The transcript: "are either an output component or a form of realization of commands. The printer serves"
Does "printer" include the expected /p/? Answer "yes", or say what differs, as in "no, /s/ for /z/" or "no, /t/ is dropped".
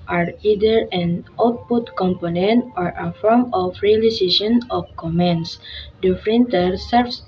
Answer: no, /f/ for /p/